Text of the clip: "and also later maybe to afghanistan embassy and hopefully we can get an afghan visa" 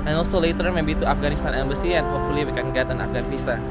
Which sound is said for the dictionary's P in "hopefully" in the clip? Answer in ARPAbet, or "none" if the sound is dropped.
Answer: none